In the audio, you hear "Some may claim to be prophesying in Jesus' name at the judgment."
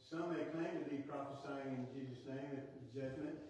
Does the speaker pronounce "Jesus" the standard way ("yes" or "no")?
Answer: yes